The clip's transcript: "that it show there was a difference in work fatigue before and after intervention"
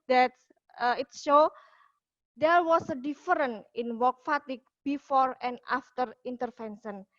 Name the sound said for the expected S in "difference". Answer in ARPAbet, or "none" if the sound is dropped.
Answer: none